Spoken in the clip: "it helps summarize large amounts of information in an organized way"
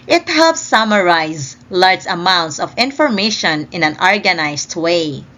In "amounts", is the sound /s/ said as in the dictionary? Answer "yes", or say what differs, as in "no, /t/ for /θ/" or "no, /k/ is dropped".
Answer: yes